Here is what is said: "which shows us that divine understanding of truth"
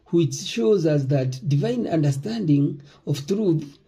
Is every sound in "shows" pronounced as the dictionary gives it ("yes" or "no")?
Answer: yes